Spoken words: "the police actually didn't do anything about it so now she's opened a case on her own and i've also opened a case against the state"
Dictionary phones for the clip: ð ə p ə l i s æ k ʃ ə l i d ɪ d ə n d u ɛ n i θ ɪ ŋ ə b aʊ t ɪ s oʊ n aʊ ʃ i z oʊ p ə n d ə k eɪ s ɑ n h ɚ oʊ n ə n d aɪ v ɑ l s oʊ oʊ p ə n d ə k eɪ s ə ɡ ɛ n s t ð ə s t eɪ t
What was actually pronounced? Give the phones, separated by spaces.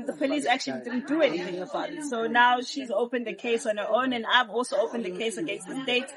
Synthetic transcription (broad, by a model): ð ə p ə l i s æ k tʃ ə l i d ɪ d n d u ɛ n i θ ɪ ŋ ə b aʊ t s oʊ n aʊ ʃ i z oʊ p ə n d ə k eɪ s ɑ n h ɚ oʊ n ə n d aɪ v ɑ l s oʊ oʊ p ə n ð ə k eɪ s ə ɡ ɛ n s t ð ə s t eɪ t